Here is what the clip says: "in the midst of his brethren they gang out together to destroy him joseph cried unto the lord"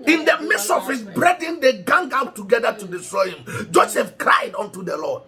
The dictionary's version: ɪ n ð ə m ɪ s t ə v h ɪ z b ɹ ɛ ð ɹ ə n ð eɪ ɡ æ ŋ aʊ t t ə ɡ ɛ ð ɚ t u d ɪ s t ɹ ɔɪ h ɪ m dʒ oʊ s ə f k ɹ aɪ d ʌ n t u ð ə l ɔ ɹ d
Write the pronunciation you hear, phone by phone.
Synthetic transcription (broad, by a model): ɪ n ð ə m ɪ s ə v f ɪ s b ɹ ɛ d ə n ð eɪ ɡ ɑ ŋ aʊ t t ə ɡ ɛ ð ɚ t u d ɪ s t ɹ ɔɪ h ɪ m dʒ oʊ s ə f k ɹ aɪ d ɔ n t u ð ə l ɔ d